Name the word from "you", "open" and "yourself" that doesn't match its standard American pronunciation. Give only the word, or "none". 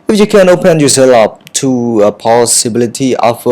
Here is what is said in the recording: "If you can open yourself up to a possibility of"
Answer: yourself